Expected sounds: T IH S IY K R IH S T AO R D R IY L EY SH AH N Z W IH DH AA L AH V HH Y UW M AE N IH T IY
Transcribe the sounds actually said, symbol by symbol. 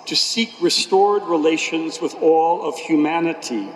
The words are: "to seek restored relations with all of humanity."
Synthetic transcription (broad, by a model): T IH S IY K R IH S T AO R D R IY L EY SH AH N Z W IH DH AA L AH V HH Y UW M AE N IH T IY